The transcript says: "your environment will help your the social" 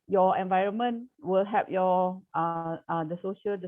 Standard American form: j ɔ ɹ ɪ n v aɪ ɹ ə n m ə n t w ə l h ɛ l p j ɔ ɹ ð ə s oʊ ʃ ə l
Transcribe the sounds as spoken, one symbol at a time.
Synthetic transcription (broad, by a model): j ɔ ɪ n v aɪ ɹ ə n m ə n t w ə l h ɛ p j ɔ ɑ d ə s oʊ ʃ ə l